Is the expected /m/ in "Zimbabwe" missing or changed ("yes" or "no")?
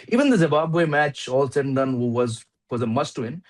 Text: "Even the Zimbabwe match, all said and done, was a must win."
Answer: yes